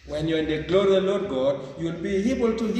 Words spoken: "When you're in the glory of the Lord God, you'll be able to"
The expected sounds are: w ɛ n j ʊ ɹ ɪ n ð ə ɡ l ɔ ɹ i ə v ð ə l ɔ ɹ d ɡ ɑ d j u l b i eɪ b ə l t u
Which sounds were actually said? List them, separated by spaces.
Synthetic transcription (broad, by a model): w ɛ n j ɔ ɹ ɪ n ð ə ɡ l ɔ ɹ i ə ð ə l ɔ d ɡ ɑ d j u l b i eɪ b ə l t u